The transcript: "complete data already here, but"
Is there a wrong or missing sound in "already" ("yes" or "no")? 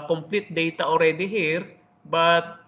no